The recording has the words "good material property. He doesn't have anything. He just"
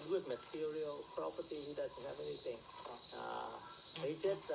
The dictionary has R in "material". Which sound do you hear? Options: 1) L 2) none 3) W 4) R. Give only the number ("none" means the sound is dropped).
4